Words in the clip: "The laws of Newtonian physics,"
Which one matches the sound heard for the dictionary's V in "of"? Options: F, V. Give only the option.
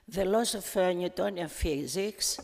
F